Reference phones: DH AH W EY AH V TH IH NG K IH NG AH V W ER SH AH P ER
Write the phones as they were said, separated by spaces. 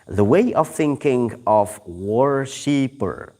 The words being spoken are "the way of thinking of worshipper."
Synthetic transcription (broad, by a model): DH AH W EY AH V TH IH NG K IH NG AH V W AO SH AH P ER